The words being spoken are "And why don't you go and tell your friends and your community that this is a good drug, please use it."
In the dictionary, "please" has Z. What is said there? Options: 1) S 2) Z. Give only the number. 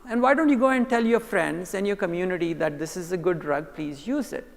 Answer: 2